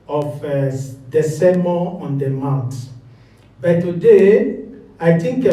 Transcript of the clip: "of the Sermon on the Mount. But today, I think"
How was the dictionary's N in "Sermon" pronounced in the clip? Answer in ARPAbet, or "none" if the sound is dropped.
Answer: none